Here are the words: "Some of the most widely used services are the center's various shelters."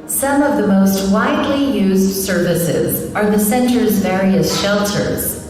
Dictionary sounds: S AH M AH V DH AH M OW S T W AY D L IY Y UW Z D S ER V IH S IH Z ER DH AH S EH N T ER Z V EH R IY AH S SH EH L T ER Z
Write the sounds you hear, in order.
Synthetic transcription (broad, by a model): S AH M AH V DH AH M OW S T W AY D L IY Y UW Z D S ER V IH S IH Z ER DH AH S EH N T ER Z V EH R IY AH S SH EH L T ER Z